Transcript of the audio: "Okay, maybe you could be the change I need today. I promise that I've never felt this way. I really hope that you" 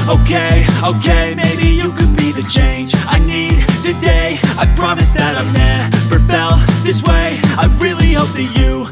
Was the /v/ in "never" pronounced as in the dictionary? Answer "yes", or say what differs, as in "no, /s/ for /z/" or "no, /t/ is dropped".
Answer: no, /p/ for /v/